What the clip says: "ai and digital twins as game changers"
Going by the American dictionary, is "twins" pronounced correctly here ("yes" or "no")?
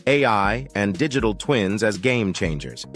yes